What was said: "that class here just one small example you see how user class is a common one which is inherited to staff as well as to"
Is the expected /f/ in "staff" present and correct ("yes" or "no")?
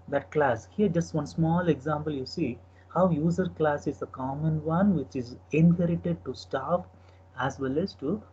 no